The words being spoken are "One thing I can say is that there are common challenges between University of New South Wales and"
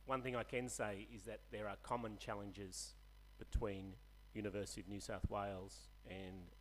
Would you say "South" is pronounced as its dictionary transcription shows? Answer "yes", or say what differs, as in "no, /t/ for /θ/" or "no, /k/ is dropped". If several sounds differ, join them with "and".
yes